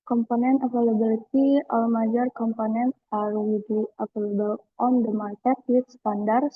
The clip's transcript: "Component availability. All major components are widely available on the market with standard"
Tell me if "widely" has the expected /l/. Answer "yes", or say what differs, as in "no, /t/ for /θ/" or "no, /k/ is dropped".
no, /l/ is dropped